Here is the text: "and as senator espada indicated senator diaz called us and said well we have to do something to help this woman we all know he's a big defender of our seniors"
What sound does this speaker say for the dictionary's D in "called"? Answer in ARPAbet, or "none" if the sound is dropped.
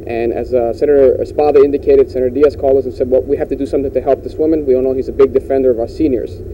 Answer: none